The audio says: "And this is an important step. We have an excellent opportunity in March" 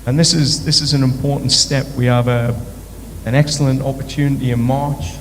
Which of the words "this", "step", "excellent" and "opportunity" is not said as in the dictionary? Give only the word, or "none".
none